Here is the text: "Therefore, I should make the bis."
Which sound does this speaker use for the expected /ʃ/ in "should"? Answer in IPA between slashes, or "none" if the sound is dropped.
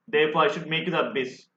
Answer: /ʃ/